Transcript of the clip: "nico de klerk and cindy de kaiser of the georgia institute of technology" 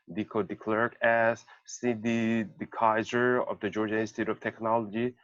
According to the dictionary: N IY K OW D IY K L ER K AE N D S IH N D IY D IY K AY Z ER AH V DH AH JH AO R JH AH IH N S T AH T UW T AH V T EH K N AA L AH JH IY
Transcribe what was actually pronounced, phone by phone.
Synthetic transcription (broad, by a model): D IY K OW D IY K L ER K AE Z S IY D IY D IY K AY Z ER AH V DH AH JH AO R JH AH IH S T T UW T AH V T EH K N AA L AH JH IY